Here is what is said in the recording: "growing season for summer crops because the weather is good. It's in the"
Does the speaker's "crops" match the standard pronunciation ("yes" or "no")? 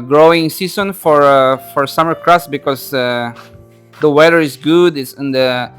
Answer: no